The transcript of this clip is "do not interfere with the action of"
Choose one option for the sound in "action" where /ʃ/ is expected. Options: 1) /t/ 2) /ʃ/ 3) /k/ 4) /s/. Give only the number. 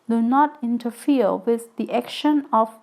2